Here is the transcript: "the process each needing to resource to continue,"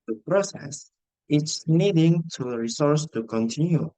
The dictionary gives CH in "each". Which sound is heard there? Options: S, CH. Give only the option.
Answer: S